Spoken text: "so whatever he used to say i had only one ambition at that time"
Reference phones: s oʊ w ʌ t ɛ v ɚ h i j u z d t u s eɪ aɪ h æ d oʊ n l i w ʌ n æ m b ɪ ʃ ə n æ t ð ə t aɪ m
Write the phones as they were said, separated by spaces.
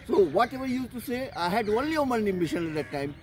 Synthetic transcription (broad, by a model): s oʊ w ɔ t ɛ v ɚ j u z t u s eɪ aɪ h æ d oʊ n l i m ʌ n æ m ɪ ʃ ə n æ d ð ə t aɪ m